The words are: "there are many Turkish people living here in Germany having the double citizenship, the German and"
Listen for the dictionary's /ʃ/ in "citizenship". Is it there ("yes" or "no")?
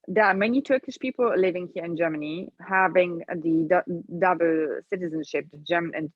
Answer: yes